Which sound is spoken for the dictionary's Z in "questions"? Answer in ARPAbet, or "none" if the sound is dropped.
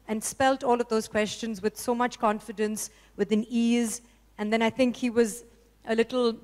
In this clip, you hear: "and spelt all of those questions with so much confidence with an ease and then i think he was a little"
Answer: Z